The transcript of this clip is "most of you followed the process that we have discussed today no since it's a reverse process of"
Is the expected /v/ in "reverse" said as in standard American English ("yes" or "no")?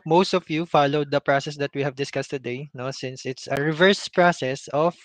yes